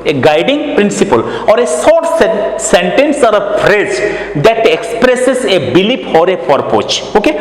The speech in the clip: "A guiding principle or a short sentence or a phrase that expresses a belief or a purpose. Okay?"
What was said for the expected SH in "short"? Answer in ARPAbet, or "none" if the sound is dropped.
S